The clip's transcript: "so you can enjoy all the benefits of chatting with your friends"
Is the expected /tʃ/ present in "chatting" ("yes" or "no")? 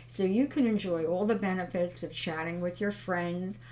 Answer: yes